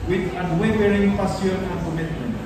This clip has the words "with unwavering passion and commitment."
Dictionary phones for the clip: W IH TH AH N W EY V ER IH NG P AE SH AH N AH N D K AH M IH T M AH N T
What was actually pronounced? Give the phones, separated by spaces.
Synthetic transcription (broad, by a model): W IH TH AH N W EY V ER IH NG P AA S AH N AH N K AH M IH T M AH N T